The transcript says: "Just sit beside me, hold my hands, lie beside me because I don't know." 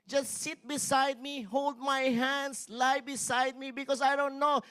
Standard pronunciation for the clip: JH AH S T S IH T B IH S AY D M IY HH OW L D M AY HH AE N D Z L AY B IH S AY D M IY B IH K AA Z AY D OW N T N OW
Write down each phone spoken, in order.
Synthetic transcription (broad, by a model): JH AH S T S IH T B IH S AY D M IY HH OW L D M AY HH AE N D S L AY B IH S AY D M IY B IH K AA S AY D OW N T N OW